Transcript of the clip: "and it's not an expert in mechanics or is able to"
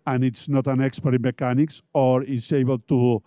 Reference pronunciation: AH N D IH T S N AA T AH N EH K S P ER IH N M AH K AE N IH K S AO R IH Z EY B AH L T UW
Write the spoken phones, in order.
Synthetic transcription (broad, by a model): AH N IH T S N AA T AH N EH K S P ER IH M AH K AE N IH K S AO R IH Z EY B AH L T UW